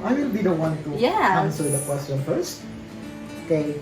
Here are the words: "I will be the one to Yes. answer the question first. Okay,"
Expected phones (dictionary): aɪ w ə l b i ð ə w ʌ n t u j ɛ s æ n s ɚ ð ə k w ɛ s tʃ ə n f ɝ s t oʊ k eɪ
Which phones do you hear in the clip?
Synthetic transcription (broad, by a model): aɪ w ə l b i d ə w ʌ n t u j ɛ ɑ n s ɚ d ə k w ɛ s tʃ ə n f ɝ s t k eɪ